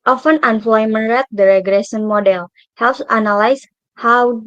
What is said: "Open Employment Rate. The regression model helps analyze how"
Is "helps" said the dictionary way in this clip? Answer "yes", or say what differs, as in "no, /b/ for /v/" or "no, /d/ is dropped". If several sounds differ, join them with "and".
yes